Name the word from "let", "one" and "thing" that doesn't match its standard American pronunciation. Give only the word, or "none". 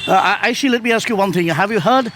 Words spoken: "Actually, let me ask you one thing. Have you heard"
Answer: none